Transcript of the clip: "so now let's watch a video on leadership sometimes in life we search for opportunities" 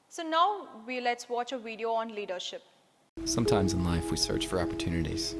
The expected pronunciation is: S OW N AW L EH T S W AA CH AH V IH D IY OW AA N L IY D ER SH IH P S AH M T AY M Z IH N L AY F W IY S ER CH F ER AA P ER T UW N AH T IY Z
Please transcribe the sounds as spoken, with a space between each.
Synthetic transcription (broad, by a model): S OW N AW L EH T S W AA CH AH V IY D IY OW AA N L IY D ER SH IH P S AH M T AY M Z IH N L AY F W IY S ER CH F ER AA P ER T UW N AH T IY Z